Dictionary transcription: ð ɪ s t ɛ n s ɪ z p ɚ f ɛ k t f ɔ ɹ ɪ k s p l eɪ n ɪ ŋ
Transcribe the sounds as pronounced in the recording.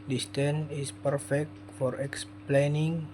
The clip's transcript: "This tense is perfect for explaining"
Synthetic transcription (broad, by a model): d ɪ s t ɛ n ɪ s p ɚ f ɛ k t f ɔ ɹ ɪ k s p l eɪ n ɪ ŋ